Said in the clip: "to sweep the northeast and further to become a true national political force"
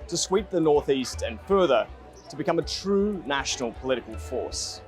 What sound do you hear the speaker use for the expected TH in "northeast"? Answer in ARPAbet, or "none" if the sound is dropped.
TH